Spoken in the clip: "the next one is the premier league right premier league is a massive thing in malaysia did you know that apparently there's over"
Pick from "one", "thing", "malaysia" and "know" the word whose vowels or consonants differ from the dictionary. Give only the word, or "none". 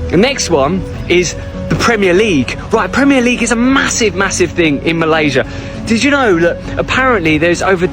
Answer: none